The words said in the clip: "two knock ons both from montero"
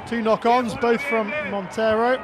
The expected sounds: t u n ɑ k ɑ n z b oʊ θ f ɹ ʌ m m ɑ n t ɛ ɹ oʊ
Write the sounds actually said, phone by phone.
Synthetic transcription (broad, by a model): t u n ɑ k ɑ n z b oʊ θ f ɹ ʌ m m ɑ n t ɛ ɹ oʊ